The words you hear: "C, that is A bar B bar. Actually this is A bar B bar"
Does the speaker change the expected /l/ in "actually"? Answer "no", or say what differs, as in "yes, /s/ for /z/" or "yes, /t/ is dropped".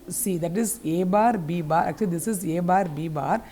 yes, /l/ is dropped